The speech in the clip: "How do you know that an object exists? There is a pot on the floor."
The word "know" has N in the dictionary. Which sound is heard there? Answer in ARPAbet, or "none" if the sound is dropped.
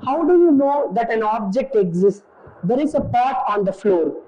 N